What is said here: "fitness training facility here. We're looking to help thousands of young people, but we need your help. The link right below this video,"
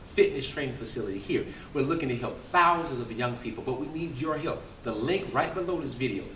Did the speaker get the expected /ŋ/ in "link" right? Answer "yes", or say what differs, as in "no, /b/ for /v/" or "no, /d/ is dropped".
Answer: yes